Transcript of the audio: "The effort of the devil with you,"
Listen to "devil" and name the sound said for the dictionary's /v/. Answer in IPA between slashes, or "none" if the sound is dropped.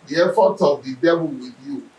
/b/